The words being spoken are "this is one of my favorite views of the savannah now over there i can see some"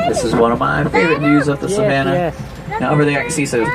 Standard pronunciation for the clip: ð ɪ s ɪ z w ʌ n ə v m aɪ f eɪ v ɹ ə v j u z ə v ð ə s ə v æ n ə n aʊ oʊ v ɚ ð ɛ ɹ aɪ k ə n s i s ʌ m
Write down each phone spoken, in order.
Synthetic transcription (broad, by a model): ð ɪ s ɪ z w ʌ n ə v m aɪ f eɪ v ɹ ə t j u z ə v ð ə s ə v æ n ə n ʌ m b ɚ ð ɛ aɪ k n s i s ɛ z